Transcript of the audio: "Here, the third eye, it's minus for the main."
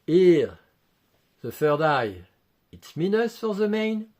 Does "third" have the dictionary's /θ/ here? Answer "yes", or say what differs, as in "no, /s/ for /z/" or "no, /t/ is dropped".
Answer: no, /f/ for /θ/